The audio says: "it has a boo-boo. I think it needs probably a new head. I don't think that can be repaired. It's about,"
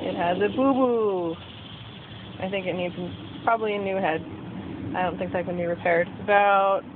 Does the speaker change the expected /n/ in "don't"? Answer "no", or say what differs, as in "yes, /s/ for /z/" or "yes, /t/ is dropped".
no